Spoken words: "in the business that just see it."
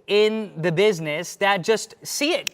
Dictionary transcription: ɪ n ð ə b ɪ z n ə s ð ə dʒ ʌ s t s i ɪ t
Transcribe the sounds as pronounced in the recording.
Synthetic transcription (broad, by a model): ɪ n ð ə b ɪ z n ə s ð ə dʒ ʌ s t s i ɪ t